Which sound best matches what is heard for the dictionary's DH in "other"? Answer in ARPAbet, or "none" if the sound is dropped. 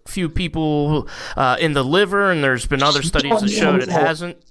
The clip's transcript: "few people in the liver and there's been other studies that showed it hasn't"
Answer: DH